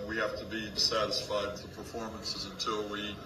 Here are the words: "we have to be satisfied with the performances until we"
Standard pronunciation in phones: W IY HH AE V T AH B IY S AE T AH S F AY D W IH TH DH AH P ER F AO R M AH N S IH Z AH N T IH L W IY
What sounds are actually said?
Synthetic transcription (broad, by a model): W IY HH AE F T AH B IY S AE T AH S F AY D W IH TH DH AH P ER F AO R M AH N S IH Z AH N T IH L W IY